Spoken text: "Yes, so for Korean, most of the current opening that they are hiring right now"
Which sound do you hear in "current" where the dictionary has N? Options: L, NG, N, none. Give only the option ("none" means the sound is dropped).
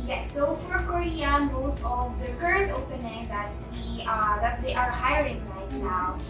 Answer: N